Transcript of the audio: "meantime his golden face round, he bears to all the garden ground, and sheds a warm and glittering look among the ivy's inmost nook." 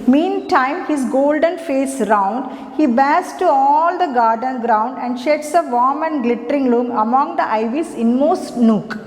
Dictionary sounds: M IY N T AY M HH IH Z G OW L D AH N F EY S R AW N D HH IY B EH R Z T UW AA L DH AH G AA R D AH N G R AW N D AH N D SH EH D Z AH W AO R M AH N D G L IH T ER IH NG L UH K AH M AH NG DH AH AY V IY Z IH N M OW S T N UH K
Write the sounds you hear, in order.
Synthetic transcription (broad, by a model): M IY N T AY M HH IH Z G OW L D AH N F EY S R AW N D HH IY B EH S T UW AA L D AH G AA R D AH N G R AW N D AH N D SH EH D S AH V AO M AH N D G L IH T ER IH NG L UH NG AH M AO NG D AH AY V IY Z IH N M OW S T N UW K